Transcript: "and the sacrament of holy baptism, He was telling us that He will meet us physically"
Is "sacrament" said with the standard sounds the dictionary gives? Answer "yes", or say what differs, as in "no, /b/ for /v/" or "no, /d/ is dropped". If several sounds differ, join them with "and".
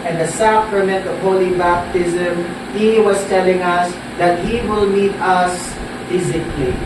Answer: yes